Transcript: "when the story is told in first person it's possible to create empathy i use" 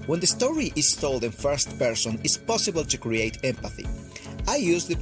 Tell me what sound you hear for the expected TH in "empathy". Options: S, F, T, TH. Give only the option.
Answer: TH